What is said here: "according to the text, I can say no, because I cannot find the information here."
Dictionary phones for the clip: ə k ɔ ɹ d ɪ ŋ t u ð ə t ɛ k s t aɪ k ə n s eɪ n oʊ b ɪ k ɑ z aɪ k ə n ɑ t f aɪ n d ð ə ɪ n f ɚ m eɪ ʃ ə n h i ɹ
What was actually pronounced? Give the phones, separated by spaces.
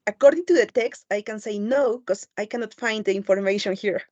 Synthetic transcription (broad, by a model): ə k ɔ ɹ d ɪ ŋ t u ð ə t ɛ k s t aɪ k ə n s eɪ n oʊ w k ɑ s aɪ k ə n ɑ t f aɪ n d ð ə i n f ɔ m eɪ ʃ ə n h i ɹ